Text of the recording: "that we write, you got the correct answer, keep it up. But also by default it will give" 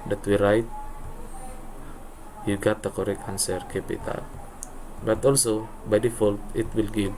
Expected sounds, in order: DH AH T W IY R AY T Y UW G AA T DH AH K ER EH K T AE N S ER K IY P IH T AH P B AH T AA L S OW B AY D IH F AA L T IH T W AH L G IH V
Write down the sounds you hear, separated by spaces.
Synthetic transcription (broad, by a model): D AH T W IY R AY T Y UW G AA T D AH K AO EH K AA N S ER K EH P IH T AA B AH T AA L S OW B AY D IH F AA L T IH T W AH L G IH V